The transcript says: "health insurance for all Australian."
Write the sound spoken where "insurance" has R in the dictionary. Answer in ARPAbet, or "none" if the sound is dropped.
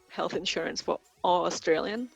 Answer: R